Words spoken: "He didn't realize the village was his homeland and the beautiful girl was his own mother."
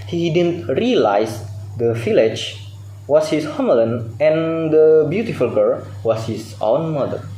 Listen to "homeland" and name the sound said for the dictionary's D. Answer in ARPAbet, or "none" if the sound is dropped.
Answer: none